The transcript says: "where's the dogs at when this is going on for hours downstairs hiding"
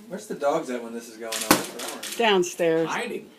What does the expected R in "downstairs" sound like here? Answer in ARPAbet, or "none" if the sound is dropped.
R